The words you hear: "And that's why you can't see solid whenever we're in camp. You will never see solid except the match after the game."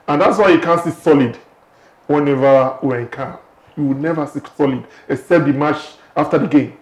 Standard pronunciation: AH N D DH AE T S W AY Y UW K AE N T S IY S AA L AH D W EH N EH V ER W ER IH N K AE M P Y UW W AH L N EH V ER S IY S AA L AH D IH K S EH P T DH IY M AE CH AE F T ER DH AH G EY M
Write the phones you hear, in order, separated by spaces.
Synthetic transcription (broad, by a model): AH N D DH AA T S W AY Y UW K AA N S IY S AA L AH D W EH N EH V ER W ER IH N K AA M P Y UW W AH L N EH V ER S IY S AA L AH D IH S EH T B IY M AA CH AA F T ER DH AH G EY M